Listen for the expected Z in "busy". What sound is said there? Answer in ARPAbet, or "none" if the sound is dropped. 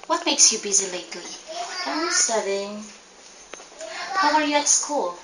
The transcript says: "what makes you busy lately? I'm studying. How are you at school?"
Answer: Z